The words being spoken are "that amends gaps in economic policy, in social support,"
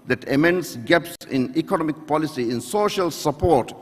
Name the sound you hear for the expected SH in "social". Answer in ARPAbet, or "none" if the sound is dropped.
SH